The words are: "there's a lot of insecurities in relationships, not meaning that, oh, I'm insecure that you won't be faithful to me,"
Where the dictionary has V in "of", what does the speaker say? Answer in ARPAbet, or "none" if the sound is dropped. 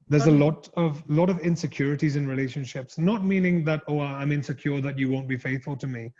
V